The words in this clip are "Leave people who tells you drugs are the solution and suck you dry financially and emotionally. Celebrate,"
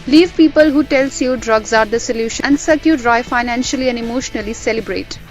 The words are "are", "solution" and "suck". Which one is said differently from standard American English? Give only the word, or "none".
solution